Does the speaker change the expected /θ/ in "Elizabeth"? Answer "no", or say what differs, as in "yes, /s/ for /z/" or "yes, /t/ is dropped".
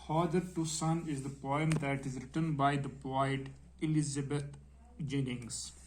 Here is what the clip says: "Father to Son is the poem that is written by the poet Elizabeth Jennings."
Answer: yes, /t/ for /θ/